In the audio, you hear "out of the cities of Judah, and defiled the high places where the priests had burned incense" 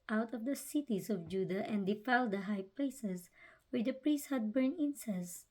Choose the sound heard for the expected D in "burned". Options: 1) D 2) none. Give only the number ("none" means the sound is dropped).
2